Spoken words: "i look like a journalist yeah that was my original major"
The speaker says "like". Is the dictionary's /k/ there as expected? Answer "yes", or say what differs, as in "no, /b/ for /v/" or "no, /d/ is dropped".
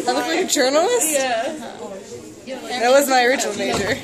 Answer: no, /k/ is dropped